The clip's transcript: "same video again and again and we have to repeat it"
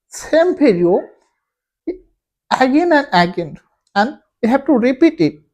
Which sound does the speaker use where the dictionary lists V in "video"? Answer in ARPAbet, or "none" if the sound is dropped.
P